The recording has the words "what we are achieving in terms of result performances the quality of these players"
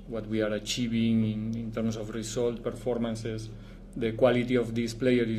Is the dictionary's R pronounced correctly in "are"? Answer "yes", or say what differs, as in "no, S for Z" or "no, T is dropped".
yes